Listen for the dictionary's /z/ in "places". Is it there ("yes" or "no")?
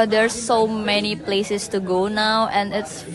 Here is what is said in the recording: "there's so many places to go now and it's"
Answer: no